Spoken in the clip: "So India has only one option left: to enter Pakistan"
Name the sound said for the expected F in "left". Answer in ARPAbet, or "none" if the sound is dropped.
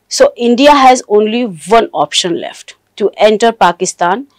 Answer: F